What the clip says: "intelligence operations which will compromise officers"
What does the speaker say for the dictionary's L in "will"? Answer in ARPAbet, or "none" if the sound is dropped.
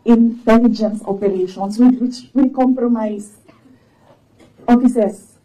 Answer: W